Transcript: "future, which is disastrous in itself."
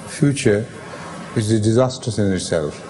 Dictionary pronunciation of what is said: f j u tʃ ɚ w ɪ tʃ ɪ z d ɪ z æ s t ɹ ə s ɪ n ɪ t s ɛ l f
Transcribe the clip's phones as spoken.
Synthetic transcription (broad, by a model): f j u tʃ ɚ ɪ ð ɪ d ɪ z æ s t ə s ɪ n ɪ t s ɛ l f